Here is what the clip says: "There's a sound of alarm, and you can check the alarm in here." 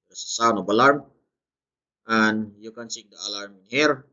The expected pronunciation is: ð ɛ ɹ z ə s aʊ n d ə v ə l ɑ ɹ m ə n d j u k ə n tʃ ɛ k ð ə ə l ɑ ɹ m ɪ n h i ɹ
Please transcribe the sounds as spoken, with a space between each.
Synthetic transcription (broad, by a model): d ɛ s ə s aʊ n ə b ə l ɑ ɹ m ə n j u k ə n s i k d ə ə l ɑ ɹ m ɪ n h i ɹ